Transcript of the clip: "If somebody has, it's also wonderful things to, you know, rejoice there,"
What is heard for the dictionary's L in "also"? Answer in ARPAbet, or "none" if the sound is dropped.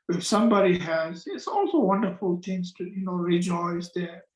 L